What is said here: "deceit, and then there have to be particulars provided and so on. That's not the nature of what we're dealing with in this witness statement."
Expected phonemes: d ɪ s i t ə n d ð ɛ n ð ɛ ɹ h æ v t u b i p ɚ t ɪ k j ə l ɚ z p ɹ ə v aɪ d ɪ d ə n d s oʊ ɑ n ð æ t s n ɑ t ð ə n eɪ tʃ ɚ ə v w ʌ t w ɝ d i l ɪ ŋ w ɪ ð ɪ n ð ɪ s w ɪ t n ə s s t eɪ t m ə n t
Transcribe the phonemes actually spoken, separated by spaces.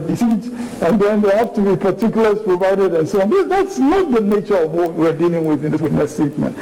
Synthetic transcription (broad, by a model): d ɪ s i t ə n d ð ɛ n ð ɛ h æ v t u b i p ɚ t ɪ k j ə l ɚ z p ɹ ə v aɪ d ɪ d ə n s oʊ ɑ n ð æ t s n ɑ t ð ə n eɪ tʃ ɚ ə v w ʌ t w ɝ d i l ɪ ŋ w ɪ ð ɪ n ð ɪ w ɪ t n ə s s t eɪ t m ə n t